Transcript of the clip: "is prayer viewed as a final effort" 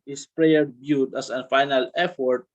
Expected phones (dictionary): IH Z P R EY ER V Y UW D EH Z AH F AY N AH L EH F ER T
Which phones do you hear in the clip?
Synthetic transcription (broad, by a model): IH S P R EY ER B Y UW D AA S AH F AY N AH L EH F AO T